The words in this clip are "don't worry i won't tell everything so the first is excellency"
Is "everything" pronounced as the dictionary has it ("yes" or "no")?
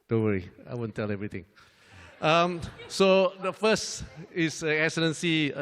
no